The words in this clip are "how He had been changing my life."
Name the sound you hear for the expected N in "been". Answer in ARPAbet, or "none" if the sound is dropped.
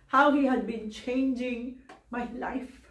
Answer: N